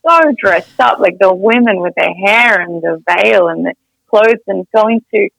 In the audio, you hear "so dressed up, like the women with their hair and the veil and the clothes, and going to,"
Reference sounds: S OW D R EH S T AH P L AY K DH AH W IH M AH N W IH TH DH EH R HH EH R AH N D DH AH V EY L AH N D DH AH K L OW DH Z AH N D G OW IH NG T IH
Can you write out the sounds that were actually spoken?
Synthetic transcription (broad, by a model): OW D R EH S T AH P L AY K DH AH W IH M AH N W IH DH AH R HH EH R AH N DH AH V EY L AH N DH AH K L OW DH Z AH N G OW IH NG T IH